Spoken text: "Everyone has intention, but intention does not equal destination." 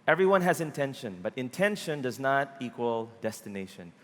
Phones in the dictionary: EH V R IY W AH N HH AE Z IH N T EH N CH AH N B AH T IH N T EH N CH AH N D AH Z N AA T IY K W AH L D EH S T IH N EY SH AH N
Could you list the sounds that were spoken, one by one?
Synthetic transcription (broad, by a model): EH V R IY W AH N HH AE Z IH N T EH N SH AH N B AH T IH N T EH N SH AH N D AH Z N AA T IY K W AH L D EH S T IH N EY SH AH N